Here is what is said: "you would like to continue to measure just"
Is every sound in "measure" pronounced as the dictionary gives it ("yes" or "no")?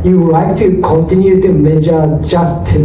no